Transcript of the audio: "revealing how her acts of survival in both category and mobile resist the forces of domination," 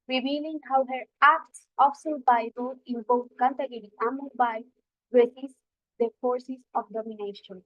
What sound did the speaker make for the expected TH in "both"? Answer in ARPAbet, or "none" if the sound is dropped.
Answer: T